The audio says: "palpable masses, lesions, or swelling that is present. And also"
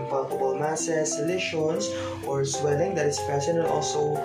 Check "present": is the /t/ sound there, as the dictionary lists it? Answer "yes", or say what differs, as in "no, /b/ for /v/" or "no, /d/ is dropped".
no, /t/ is dropped